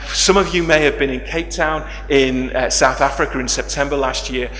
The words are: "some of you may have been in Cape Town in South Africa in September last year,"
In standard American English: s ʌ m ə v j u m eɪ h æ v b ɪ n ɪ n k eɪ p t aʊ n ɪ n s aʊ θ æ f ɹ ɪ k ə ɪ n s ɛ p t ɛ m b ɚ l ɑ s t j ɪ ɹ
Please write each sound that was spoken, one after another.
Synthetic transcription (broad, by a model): s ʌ m ə v j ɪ m eɪ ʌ v b ɪ n ɪ n k eɪ p t aʊ n ɪ n s aʊ θ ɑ f ɹ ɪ k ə ɪ n s ɛ p t ɛ m b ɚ l ɑ s t j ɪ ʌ